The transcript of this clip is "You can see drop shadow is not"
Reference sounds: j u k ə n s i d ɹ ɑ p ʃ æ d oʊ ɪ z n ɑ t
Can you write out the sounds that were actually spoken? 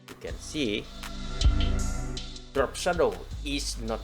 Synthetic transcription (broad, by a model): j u k ə n s i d ɹ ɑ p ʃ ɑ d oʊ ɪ s n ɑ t